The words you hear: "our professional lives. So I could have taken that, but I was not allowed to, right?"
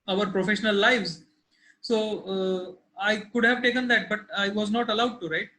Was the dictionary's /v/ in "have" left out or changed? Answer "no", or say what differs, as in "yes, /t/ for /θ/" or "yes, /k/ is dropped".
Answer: no